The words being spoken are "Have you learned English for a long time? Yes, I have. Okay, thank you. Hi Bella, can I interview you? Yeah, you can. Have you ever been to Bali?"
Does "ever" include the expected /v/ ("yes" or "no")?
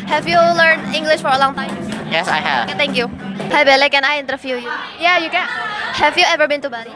yes